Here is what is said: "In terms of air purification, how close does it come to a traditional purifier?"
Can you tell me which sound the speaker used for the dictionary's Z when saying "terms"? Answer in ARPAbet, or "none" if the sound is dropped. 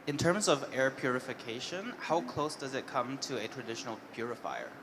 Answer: Z